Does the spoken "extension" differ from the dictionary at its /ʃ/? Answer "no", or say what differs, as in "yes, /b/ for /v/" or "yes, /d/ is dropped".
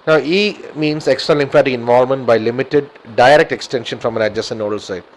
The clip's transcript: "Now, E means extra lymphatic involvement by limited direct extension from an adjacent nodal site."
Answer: no